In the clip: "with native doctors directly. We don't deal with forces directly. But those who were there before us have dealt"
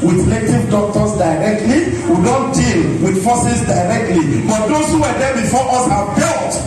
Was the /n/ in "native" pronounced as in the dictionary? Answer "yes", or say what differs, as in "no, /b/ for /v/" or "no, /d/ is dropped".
no, /l/ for /n/